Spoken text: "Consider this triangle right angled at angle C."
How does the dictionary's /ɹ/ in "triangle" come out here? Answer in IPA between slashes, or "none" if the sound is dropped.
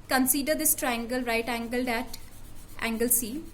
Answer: /ɹ/